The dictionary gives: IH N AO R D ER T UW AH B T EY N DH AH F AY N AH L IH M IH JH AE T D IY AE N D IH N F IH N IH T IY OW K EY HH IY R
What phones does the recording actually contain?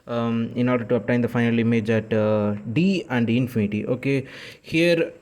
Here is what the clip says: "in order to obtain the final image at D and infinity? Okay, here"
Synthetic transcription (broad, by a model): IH N AO R D ER T UW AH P T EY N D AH F AY N AH L IH M IH JH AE T D IY AE N D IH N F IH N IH T IY OW K EY HH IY R